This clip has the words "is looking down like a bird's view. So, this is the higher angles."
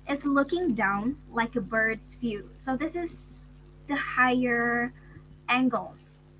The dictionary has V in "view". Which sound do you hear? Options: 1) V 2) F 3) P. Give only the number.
2